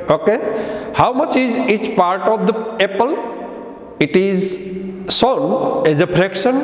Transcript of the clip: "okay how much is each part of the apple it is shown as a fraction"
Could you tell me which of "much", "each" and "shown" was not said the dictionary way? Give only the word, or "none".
shown